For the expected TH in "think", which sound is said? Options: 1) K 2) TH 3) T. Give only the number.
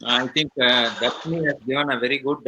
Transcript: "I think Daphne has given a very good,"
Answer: 3